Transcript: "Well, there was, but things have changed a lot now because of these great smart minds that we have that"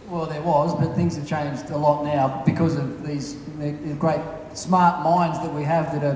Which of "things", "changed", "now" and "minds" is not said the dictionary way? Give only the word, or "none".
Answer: none